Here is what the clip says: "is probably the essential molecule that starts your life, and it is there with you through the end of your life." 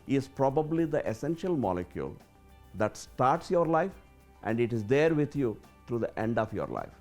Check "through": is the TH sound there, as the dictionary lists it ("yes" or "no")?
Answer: no